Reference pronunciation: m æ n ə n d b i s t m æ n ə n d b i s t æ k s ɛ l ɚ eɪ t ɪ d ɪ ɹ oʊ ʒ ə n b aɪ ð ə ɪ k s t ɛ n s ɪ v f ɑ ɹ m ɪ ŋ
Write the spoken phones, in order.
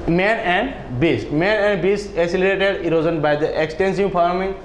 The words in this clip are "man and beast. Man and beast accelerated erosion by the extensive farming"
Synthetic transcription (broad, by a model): m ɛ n ə n d b i s t m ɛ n ə n d b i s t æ s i l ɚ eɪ t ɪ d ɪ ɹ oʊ z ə n b aɪ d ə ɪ k s t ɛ n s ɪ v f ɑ ɹ m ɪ ŋ